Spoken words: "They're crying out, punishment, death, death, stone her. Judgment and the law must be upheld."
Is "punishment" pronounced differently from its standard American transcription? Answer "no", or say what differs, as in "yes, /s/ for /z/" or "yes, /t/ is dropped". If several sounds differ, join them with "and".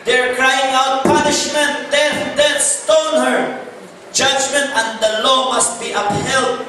no